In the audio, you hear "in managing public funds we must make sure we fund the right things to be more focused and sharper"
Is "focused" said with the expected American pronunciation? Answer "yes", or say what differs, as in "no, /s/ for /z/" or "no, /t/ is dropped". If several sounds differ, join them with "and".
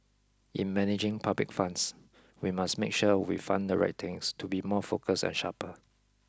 no, /t/ is dropped